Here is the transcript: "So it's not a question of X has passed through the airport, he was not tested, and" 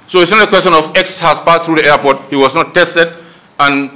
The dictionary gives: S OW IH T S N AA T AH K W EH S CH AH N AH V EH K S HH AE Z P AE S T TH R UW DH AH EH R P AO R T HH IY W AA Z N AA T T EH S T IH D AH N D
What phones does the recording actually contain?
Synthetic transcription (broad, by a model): S OW IH T S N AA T AH K W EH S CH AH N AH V EH K S HH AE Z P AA T TH R UW DH AH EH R P AO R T HH IY W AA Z N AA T T EH S T IH D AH N